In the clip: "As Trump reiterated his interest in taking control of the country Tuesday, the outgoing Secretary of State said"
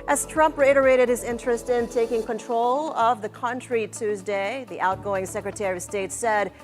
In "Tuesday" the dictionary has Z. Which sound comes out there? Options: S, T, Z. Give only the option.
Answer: Z